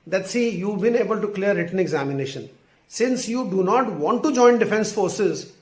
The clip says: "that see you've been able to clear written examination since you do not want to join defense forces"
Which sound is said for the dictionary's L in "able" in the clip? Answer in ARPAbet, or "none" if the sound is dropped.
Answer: L